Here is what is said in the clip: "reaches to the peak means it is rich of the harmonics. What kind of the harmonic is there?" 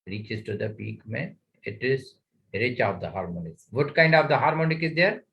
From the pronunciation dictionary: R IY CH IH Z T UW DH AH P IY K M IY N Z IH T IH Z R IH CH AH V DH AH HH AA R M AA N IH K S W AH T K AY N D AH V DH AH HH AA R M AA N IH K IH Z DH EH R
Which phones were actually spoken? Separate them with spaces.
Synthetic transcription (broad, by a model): R IY CH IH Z T UW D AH P IY K M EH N IH T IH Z R IH CH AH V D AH HH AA R M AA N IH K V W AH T K AY N D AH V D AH HH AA R M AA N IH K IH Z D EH R